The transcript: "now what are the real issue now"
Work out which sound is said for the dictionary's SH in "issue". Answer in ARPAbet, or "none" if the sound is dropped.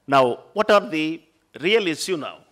S